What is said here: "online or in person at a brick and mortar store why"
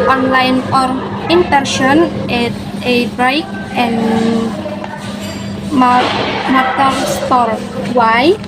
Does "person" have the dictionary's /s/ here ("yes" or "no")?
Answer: no